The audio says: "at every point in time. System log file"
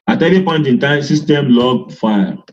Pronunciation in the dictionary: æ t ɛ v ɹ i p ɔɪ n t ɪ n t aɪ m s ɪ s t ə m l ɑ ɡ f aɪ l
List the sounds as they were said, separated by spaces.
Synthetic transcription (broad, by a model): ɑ t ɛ ɹ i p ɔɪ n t ɪ n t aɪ s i s t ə m l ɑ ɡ f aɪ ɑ